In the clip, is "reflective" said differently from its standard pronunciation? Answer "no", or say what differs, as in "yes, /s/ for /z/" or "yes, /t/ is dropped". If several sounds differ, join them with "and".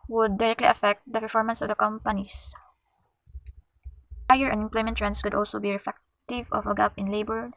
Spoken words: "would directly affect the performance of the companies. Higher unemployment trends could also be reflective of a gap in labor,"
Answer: yes, /l/ is dropped